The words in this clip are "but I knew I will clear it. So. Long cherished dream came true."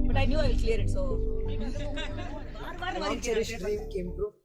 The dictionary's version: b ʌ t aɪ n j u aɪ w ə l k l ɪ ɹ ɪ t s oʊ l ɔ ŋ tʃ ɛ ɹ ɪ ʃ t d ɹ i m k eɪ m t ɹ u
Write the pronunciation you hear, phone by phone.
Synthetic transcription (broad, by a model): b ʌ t aɪ n j u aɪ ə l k l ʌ ɹ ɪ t s oʊ n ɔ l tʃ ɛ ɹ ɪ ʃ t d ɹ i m k eɪ m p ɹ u